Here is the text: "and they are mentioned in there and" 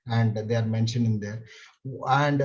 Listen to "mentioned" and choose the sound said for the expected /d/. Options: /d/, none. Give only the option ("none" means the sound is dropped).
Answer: none